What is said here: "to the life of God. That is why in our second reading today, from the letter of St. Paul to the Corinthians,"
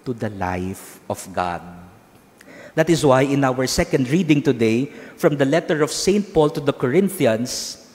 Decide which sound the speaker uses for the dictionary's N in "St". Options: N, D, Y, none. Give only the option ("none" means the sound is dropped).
N